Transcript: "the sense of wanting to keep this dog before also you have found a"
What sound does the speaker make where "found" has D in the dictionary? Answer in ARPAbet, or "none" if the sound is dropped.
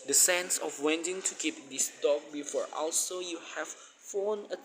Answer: none